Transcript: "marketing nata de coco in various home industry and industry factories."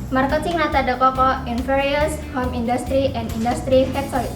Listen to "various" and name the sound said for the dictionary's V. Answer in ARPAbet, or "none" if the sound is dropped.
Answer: F